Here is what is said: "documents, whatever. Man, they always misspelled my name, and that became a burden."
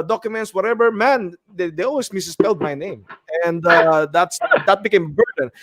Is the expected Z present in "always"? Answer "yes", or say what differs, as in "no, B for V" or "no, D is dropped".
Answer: no, S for Z